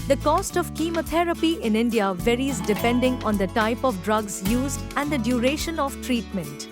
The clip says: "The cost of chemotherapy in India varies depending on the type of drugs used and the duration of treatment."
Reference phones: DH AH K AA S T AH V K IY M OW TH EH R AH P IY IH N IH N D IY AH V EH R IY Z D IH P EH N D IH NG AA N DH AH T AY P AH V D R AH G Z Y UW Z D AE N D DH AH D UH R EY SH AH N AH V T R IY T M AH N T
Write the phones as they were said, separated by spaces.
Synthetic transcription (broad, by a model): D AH K AA S T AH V K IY M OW T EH R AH P IY IH N IH N D IY AH V EH R IY Z D IH P EH N D IH NG AA N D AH T AY P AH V D R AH G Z Y UW Z D AE N D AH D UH R EY SH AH N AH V T R IY T M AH N T